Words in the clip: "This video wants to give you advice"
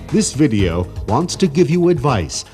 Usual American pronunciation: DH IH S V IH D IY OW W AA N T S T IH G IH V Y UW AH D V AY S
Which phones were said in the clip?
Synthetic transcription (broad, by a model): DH IH S V IH D IY OW W AA N T S T IH G IH V Y UW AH D V AY S